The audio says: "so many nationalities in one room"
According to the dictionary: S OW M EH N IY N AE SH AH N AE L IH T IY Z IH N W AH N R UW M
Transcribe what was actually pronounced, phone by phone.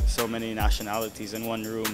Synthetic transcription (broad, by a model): S OW M EH N IY N AE SH AH N AE L IH T IY Z IH N W AH N R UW M